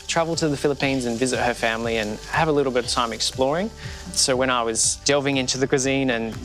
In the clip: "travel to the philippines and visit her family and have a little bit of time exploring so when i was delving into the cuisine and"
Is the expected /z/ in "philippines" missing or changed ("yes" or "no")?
no